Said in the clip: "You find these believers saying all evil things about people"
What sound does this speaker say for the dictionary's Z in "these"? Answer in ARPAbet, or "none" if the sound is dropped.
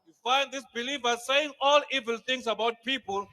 S